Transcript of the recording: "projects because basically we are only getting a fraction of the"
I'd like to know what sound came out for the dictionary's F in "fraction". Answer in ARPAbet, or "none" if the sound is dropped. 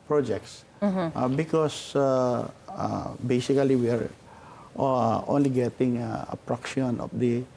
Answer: P